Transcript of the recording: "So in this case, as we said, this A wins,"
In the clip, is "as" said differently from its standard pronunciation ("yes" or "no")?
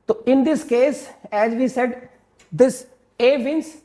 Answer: no